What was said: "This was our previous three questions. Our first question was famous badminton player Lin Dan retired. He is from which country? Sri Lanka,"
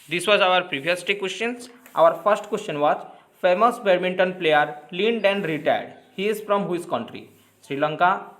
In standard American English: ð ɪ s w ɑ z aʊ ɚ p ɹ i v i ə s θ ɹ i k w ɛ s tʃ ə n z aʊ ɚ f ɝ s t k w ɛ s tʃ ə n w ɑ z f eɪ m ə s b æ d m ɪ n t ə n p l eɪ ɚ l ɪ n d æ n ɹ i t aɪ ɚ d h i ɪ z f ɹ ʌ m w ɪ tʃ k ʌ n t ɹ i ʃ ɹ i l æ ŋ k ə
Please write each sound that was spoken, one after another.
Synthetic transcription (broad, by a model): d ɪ s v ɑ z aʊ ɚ p ɹ i v i ə s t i k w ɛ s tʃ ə n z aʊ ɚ f ɝ s t k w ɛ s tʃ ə n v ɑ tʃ f eɪ m ə s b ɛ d m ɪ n t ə n p l eɪ ɚ l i n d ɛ n ɹ i t aɪ ɚ d h i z f ɹ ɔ m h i s k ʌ n t ɹ i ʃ ɹ i l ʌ ŋ k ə